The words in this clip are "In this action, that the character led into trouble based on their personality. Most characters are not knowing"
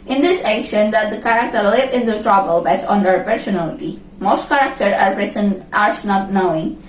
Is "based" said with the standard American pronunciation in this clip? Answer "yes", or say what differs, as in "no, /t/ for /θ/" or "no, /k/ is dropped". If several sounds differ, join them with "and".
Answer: no, /t/ is dropped